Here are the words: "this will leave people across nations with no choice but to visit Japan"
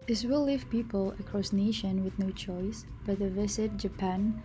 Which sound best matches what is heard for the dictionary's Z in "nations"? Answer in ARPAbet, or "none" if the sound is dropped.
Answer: none